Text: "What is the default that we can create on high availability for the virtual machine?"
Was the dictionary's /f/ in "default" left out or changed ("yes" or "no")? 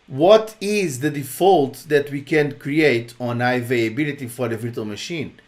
no